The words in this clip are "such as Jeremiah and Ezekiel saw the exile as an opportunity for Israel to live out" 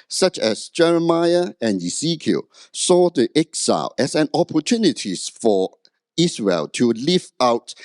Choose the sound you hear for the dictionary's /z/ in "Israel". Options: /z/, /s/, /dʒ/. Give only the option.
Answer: /s/